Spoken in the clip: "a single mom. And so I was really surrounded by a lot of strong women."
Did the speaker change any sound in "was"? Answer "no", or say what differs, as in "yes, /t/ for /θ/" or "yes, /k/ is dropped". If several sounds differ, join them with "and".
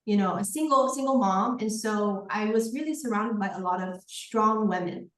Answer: no